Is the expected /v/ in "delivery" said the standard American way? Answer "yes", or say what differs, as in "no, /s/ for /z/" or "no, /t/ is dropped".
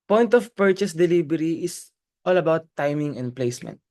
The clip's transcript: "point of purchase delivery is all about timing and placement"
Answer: no, /b/ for /v/